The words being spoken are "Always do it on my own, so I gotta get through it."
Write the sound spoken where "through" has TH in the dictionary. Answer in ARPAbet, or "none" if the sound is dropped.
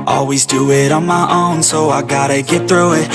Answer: TH